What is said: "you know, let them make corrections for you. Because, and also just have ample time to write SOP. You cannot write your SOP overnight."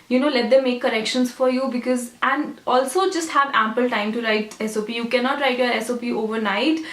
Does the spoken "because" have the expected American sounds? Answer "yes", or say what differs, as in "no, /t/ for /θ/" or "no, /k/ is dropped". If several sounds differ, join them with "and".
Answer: yes